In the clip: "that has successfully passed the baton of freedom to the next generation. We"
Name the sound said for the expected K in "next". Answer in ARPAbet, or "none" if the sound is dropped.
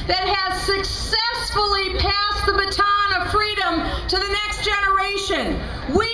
K